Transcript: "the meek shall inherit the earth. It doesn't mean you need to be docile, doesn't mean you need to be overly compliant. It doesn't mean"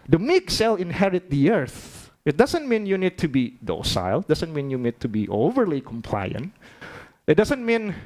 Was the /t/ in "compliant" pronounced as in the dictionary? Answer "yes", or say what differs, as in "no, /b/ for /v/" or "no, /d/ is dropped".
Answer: yes